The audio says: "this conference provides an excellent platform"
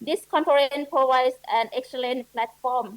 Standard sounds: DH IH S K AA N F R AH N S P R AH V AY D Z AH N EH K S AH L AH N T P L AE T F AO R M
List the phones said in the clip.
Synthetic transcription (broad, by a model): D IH S K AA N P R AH N P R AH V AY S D AH N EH K S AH L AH N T P L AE T F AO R M